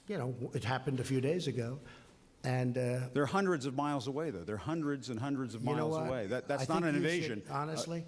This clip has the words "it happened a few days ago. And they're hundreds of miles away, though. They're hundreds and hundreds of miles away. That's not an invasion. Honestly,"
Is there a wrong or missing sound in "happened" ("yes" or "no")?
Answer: no